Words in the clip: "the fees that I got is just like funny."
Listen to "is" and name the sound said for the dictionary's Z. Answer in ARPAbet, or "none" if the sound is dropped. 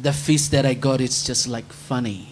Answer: S